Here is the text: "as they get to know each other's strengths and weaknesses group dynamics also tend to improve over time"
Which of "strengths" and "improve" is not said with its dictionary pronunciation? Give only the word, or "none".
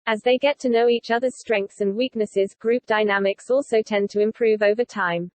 none